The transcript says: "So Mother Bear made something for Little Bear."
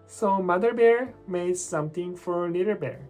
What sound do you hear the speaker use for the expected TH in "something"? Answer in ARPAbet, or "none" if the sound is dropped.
T